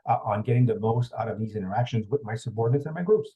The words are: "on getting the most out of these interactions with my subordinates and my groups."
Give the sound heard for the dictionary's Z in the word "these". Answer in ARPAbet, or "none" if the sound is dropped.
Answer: Z